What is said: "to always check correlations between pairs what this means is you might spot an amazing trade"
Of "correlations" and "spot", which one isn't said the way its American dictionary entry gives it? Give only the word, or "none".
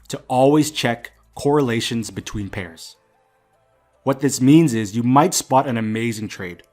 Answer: none